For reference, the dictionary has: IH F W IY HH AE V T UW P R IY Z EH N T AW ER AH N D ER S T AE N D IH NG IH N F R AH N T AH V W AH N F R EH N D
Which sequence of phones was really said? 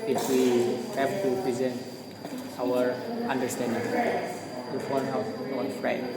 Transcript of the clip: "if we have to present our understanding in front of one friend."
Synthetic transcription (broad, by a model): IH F W IY HH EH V T UW P R IY Z EH N T AW ER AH N D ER S T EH N D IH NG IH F AO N AH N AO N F R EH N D